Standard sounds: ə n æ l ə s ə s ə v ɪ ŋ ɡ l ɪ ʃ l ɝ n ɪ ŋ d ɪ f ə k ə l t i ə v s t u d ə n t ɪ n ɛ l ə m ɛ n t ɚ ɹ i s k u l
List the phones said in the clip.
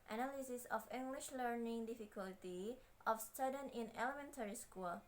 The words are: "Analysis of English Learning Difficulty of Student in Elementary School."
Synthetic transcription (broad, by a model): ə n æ l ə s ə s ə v ɪ ŋ ɡ l ɪ ʃ l ɝ n ɪ ŋ d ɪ f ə k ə l t i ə f s t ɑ d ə n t ɪ n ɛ l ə m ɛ n t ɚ ɹ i s k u l